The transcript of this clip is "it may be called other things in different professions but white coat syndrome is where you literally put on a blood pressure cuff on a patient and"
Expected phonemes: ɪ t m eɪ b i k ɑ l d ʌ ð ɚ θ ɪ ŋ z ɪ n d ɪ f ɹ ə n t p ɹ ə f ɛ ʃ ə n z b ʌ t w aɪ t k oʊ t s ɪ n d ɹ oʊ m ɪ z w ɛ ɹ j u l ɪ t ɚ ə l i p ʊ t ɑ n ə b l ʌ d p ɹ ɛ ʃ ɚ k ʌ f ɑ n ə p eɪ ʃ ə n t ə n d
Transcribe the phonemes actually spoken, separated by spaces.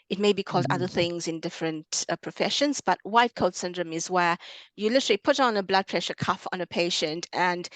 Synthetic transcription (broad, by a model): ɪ t m eɪ b i k ɑ l d ʌ ð ɚ θ ɪ ŋ z ɪ n d ɪ f ɹ ə n t p ɹ ə f ɛ ʃ ə n z b ʌ t w aɪ t k oʊ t s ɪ n d ɹ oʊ m ɪ z w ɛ ɹ j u l ɪ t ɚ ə l i p ʊ t n ə b l ʌ d p ɹ ɛ ʃ ɚ k ʌ f n ə p eɪ ʃ ə n t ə n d